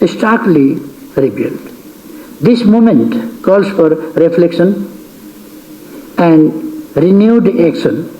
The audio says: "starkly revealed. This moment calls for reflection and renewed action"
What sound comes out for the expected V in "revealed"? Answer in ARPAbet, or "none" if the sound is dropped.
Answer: B